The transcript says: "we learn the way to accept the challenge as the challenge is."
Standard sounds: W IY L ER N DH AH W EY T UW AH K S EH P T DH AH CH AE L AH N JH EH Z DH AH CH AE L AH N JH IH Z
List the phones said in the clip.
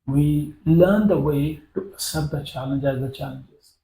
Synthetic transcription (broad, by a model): W IY L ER N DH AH W EY T UW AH S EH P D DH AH CH AE L AH N JH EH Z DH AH CH AE L AH N JH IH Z